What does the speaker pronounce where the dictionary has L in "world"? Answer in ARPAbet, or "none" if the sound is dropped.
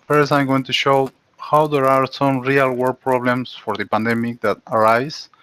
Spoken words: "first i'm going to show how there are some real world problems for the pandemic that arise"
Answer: none